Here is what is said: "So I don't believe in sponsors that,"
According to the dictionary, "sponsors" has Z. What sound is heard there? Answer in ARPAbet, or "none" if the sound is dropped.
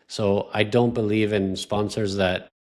Z